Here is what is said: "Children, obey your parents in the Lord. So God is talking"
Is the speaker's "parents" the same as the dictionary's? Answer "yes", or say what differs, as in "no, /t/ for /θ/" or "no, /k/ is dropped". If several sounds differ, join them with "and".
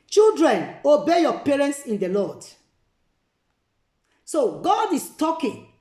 yes